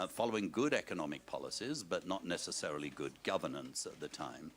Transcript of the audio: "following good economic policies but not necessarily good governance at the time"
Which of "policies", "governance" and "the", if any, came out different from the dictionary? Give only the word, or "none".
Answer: none